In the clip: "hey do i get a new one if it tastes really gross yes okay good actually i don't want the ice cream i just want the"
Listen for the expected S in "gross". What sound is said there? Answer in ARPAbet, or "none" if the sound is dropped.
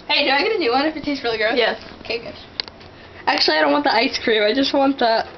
none